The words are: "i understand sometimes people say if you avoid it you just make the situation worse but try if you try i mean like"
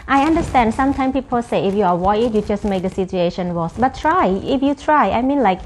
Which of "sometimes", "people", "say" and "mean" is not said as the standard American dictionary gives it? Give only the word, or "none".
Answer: sometimes